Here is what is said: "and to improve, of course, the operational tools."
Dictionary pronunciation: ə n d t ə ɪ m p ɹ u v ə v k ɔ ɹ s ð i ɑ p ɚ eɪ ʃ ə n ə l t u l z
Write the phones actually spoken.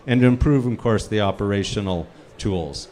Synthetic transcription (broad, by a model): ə n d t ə ɪ m p ɹ u v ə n k ɔ ɹ s ð i ɑ p ɚ eɪ ʃ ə n l t u l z